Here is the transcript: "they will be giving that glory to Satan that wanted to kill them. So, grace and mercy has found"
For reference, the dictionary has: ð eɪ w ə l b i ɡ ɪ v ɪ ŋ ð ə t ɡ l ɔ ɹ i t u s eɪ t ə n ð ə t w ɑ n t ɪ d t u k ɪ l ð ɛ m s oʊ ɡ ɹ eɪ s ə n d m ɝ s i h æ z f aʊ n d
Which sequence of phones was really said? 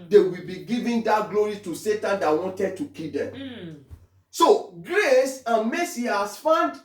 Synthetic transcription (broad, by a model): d eɪ w ə l b i ɡ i v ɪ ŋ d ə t ɡ l ɔ ɹ i t u s eɪ t ə n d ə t w ɑ n t ɪ d t u k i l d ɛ m s oʊ ɡ ɹ eɪ s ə n m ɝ s i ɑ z f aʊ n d